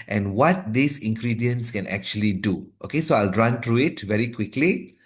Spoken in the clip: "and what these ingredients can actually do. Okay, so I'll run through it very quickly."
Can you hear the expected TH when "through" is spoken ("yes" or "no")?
no